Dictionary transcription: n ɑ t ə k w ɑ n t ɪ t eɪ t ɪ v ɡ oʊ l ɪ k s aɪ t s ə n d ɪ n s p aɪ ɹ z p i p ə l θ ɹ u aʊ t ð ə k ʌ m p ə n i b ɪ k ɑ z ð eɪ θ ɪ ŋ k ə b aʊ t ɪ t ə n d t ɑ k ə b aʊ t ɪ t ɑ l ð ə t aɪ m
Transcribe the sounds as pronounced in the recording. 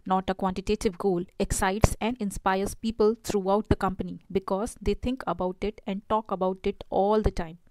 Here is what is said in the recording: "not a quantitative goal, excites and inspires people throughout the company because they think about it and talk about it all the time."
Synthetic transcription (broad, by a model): n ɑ t ə k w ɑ n t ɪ t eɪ t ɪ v ɡ oʊ l ɪ k s aɪ t s ə n d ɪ n s p aɪ ɹ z p i p ə l t ɹ u aʊ t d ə k ʌ m p ə n i b ɪ k ɑ z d eɪ t ɪ ŋ k ə b aʊ t ɪ t ə n d t ɑ k ə b aʊ t ɪ t ɑ l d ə t aɪ m